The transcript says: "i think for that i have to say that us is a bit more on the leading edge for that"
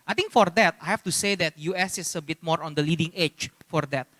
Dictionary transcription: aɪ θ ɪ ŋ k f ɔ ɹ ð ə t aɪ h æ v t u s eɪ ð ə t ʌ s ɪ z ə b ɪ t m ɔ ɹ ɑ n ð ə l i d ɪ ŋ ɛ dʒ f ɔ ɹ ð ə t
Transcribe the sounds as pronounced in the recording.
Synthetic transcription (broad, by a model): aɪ t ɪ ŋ k f ɔ ɹ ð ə t aɪ h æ f t u s eɪ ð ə t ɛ s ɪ s ə b ɪ t m ɔ ɹ ɑ n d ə l i d ɪ ŋ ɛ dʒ f ɔ ɹ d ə t